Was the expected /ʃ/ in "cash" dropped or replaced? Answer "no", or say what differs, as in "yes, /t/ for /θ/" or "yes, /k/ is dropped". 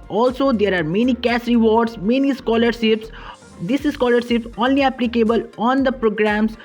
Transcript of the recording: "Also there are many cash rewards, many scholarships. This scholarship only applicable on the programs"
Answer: yes, /s/ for /ʃ/